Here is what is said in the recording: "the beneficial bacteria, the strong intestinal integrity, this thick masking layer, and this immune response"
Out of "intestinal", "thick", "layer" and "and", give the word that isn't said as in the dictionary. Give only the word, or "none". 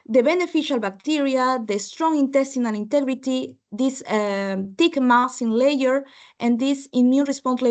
thick